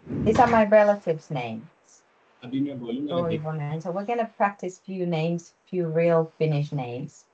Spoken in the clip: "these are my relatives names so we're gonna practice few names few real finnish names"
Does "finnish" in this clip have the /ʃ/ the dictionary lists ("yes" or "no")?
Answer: yes